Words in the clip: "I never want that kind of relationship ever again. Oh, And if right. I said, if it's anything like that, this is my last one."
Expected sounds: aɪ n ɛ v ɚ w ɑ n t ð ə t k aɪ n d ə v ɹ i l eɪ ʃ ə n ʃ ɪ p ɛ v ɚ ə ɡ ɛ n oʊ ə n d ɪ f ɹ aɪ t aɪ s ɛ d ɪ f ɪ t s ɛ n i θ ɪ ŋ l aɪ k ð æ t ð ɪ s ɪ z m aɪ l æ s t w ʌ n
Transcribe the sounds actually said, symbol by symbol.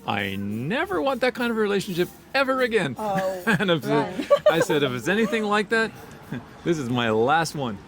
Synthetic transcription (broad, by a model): aɪ n ɛ v ɚ w ɑ n ð ə t k aɪ n d ə v ɹ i l eɪ ʃ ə n ʃ ɪ p ɛ v ɚ ə ɡ ɛ n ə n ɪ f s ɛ aɪ s ɛ d ɪ f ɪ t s ɛ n i θ ɪ ŋ l aɪ k ð æ t ð ɪ s ɪ z m aɪ l æ s t w ʌ n